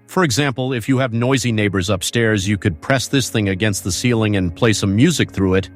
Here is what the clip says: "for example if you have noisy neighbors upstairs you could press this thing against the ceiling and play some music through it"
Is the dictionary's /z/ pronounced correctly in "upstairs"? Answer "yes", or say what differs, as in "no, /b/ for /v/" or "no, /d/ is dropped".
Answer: yes